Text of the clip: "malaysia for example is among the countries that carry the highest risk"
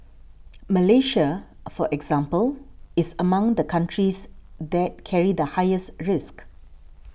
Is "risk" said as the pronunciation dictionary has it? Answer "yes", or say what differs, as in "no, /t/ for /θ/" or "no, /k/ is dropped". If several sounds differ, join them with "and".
yes